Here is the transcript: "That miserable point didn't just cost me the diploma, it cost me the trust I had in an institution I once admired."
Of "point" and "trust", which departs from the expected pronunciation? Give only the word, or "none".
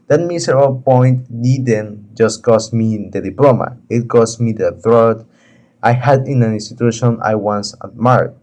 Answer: trust